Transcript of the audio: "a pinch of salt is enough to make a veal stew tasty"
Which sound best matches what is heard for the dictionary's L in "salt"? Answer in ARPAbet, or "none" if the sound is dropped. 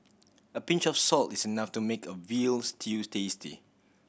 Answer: L